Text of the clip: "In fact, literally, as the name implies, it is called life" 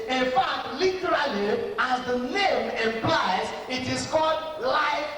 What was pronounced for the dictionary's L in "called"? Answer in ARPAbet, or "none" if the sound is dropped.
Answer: L